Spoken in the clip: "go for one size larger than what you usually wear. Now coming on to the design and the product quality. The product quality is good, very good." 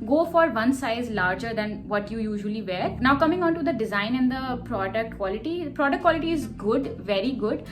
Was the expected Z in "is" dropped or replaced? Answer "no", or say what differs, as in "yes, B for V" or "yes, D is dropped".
no